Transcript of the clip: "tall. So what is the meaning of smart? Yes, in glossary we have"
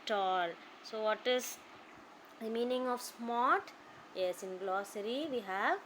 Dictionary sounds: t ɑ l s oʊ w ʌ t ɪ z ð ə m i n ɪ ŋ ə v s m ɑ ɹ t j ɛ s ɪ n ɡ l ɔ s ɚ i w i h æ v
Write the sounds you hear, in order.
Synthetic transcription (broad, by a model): t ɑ l s oʊ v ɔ t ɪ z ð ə m i n ɪ ŋ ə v s m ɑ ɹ t j ɛ s ɪ n ɡ l ɔ s ɚ i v i h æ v